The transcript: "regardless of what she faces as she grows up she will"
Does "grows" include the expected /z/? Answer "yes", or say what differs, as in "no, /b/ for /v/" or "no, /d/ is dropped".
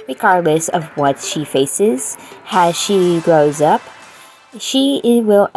yes